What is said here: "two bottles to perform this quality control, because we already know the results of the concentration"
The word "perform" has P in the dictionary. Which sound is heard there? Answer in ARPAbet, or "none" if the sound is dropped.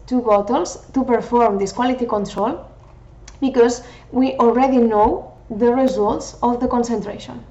P